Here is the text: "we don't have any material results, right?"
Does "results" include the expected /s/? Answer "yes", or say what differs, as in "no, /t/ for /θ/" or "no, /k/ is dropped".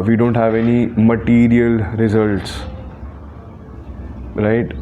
yes